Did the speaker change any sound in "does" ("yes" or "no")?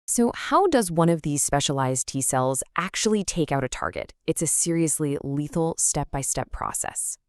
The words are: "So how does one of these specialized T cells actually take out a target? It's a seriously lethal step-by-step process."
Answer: no